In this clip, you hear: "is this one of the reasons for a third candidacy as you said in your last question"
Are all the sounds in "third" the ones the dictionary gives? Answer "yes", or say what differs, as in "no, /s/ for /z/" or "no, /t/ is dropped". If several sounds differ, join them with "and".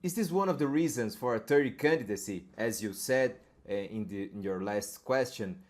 no, /t/ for /θ/